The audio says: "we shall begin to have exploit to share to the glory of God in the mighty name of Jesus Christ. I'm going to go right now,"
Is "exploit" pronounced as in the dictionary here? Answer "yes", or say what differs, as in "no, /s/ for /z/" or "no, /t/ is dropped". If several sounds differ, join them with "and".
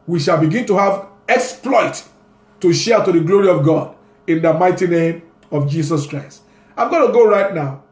yes